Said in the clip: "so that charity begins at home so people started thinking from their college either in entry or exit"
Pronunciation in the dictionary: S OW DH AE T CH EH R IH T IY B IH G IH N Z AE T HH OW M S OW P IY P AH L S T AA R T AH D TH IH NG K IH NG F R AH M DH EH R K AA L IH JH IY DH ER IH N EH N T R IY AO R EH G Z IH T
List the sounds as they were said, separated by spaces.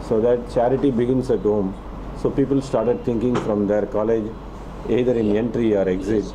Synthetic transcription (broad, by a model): S OW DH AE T CH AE R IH T IY B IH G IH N S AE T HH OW M S OW P IY P AH L S T AA R T AH D T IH NG K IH NG F R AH M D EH R K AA L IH JH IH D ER IH N EH N T R IY AO R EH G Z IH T